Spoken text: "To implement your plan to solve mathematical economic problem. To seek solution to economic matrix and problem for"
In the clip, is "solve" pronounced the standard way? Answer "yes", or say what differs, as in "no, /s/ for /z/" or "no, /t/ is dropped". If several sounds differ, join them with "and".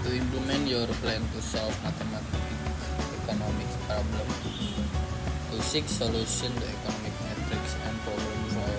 no, /f/ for /v/